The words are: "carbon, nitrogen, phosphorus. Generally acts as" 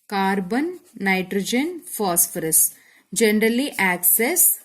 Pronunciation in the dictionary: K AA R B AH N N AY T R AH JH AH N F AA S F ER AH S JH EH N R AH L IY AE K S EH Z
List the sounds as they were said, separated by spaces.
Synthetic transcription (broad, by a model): K AA R B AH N N AY T R AH JH AH N F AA S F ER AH S JH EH N R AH L IY AE K S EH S